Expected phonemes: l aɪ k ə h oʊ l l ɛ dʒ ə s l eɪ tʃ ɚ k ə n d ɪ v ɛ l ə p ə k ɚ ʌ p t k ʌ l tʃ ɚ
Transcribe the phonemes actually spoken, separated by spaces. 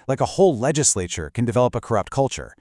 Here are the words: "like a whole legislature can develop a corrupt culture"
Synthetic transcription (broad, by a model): l aɪ k ə h oʊ l l ɛ dʒ ə s l eɪ tʃ ɚ k ə n d ɪ v ɛ l ə p ə k ɚ ʌ p t k ʌ l tʃ ɚ